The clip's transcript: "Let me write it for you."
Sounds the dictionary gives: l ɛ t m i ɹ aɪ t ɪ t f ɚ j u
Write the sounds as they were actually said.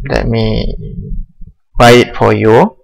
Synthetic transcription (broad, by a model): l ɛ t m i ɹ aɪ ɪ t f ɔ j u